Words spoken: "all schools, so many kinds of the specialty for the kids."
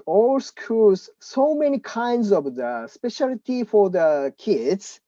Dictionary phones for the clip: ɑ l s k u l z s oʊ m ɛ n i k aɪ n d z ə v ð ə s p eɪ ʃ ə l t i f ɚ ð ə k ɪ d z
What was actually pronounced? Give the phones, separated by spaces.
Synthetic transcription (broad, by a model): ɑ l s k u z s oʊ m ɛ n i k aɪ n d z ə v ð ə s p eɪ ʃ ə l t i f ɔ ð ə k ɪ d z